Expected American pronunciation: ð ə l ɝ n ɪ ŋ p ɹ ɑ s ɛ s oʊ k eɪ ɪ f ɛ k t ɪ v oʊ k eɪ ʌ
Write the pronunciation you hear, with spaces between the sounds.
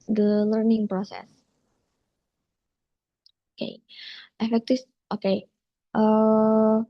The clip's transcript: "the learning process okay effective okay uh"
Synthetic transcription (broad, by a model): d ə l ɝ n ɪ ŋ p ɹ ɑ s ɛ s oʊ k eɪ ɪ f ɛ k t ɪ f oʊ k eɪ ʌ